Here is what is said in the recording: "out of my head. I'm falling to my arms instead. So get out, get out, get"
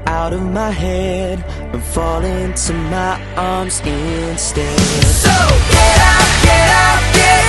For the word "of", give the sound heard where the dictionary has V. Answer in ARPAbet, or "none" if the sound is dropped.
V